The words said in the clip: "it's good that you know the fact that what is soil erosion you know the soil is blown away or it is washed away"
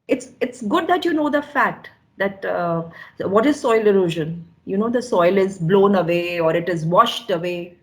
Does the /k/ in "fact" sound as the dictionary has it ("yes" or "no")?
no